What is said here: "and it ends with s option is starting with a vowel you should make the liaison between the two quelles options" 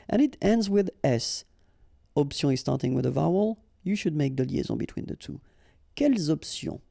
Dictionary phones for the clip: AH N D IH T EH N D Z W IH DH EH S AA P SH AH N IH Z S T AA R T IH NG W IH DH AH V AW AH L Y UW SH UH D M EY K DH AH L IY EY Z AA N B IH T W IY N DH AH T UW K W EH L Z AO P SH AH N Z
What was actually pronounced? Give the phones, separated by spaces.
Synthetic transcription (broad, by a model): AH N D IH T EH N D Z W IH DH EH S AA P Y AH IH Z S T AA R T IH NG W IH DH AH V AW AH L Y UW SH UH D M EY K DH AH L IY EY Z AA B IH T W IY N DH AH T UW K EH L Z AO P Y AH